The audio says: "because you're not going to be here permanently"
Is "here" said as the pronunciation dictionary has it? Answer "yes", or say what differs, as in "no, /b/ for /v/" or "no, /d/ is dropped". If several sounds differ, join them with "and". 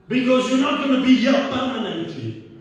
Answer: no, /l/ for /ɹ/